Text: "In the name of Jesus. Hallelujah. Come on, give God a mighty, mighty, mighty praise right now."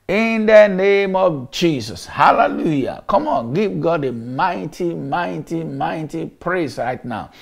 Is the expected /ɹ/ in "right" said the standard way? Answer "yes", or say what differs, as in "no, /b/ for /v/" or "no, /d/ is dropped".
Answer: yes